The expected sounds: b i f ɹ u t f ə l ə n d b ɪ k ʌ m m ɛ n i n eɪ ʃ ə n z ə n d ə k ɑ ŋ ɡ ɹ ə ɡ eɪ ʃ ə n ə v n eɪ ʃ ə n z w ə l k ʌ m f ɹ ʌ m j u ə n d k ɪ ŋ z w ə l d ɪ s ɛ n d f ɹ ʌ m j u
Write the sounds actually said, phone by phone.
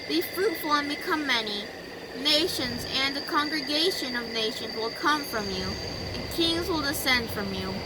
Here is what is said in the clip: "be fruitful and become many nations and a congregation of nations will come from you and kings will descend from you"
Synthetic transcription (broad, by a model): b i f ɹ u t f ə l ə n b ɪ k ʌ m m ɛ n i n eɪ ʃ ə n z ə n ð ə k ɑ ŋ ɡ ɹ ə ɡ eɪ ʃ ə n ə v n eɪ ʃ ə n z w ə l k ʌ m f ɹ ʌ m j u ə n k ɪ ŋ z w ə l d ɪ s ɛ n d f ɹ ʌ m j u